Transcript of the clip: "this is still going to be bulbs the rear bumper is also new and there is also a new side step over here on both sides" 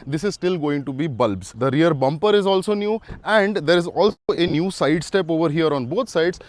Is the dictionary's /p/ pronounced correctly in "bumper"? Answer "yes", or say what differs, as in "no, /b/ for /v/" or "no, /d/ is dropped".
yes